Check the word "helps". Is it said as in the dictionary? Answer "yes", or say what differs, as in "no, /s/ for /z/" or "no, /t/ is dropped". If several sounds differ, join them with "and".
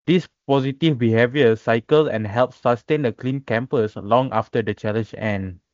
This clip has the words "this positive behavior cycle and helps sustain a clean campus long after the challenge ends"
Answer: yes